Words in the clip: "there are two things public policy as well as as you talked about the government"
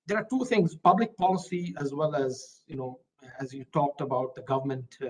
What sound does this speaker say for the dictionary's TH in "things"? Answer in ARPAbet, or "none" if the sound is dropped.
T